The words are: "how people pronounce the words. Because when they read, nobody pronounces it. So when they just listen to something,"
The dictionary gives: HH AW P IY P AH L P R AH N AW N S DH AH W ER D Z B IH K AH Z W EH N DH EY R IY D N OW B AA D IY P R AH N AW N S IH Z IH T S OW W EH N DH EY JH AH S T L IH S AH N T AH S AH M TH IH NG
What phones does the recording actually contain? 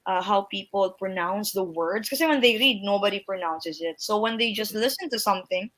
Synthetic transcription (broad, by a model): HH AW P IY P AH L P R AH N AW N S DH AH W ER D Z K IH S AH W EH N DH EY R IY D N OW B AA D IY P R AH N AW N S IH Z IH T S OW W EH N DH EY JH AH S T L IH S AH N T AH S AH M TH IH NG